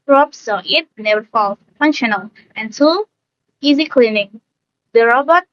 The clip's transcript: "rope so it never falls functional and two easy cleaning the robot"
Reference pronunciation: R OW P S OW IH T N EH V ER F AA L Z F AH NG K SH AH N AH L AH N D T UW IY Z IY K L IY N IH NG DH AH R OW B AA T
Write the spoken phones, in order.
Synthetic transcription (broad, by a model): R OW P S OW IH T N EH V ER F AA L F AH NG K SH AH N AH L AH N T UW IY Z IY K L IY N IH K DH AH R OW B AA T